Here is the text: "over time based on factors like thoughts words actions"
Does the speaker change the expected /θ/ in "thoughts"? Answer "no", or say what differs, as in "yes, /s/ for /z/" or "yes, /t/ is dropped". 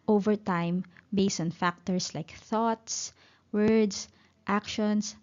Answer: no